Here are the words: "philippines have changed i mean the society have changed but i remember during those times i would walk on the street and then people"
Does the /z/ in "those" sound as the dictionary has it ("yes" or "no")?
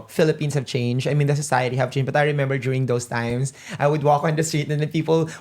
no